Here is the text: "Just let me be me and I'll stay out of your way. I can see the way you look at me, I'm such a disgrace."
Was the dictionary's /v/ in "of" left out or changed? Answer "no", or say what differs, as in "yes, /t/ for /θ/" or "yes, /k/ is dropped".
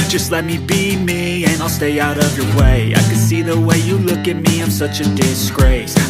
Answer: no